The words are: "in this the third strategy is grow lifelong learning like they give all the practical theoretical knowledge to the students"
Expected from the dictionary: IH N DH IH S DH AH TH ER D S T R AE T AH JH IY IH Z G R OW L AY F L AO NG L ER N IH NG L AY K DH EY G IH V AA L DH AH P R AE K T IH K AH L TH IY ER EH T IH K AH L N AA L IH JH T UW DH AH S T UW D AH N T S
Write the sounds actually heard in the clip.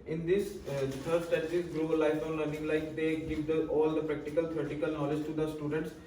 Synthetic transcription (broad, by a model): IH N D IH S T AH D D S T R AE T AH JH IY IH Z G L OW L AY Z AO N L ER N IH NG L AY K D EY G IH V AA L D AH P R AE K T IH K AH L T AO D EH T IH K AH L N AA L IH JH T UW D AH S T UW D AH N T S